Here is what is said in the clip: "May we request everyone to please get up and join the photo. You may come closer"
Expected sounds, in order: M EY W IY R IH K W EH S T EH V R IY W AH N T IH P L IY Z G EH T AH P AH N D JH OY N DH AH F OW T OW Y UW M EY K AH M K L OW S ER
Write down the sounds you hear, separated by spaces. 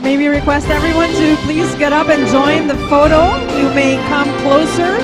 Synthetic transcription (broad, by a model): M EY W IY R IH K W EH S T EH V R IY W AH N T IH P L IY Z G EH T AH P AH N JH OY N DH AH F OW T OW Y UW M EY K AH M K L OW S ER